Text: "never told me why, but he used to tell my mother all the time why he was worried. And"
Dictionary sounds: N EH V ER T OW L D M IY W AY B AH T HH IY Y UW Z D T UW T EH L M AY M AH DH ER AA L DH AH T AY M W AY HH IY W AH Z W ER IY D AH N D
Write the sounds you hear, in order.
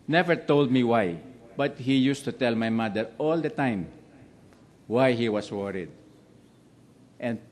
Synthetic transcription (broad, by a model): N EH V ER T OW L D M IY W AY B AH T HH IY Y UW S T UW T EH L M AY M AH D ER AA L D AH T AY M W AY HH IY W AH S W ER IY D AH N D